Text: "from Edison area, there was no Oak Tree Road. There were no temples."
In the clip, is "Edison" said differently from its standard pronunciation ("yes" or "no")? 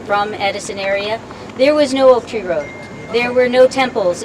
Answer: no